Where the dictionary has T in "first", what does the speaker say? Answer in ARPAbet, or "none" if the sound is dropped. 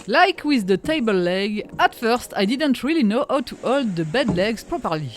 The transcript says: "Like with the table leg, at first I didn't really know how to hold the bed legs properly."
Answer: T